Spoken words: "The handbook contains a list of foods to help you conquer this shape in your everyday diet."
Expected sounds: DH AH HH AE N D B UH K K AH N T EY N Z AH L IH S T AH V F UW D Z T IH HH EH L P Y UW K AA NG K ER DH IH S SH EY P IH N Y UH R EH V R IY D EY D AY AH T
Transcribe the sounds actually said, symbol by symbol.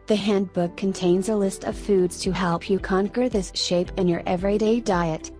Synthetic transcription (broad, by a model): DH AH HH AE N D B UH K K AH N T EY N Z AH L IH S T AH V F UW D Z T IH HH EH L P Y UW K AA NG K ER DH IH S SH EY P IH N Y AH R EH V R IY D EY D AY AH T